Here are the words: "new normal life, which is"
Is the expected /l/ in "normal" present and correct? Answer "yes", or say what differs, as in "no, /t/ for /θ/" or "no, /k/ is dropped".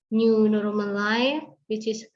no, /n/ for /l/